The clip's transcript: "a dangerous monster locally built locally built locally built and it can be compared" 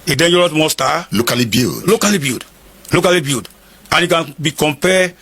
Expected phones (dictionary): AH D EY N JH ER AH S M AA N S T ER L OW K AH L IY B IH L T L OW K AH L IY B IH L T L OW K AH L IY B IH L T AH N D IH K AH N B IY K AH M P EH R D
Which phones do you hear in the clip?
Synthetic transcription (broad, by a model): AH D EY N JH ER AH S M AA S T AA L OW K AH L IY B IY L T L OW K AH L IY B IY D L OW K AH L IY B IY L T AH N IH K AH N B IY K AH M P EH